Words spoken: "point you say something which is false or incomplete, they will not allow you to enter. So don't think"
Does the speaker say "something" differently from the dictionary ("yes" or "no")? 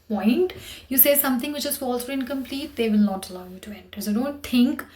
yes